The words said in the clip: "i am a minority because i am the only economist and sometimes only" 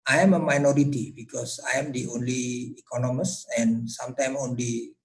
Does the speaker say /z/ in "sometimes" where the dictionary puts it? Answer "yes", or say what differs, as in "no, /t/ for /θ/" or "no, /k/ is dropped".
no, /z/ is dropped